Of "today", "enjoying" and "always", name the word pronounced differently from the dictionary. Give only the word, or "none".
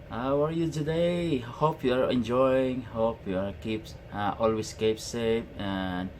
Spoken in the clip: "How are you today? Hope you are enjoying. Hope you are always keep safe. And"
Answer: always